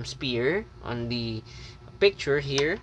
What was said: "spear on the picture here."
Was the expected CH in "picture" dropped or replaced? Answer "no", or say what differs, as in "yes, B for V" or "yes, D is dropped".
no